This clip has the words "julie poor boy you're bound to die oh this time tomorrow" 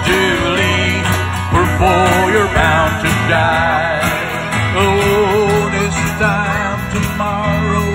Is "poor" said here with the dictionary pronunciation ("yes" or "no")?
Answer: no